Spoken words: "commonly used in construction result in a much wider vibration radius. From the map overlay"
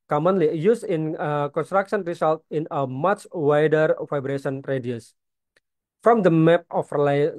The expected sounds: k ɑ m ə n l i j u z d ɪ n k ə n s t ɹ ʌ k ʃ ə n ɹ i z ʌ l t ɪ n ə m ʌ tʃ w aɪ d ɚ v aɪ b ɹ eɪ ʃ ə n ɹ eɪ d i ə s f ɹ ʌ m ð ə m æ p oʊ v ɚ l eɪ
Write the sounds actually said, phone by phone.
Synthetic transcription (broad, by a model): k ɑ m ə n l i j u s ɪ n k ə n s t ɹ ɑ k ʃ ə n ɹ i s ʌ l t ɪ n ə m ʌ tʃ w aɪ d ɚ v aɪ b ɹ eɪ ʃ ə n ɹ eɪ d i ə s f ɹ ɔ m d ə m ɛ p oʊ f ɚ l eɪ